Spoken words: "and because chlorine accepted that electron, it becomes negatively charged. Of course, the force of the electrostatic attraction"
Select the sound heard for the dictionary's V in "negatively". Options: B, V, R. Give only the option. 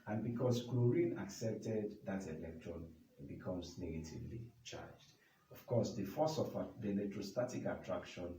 V